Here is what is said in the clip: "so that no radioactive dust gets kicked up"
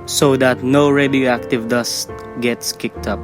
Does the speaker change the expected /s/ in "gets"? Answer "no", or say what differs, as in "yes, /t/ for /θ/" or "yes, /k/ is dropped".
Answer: no